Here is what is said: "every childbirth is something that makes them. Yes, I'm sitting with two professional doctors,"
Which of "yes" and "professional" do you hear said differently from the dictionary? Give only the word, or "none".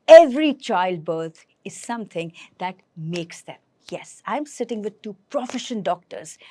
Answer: professional